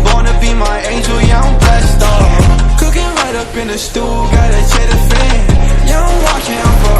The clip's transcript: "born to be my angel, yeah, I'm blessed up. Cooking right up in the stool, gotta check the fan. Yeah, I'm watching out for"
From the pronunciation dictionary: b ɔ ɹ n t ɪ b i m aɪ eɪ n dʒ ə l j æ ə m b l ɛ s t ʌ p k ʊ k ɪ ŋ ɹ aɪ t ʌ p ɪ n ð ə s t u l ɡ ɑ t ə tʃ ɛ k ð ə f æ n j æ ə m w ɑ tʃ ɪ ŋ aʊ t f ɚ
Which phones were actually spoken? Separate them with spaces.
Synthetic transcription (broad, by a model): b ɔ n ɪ b i m aɪ eɪ n dʒ ə l j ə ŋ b ɛ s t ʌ k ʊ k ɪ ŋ ɹ aɪ t ʌ p ɪ n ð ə s t u l ɡ ɑ t ə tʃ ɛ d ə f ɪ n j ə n w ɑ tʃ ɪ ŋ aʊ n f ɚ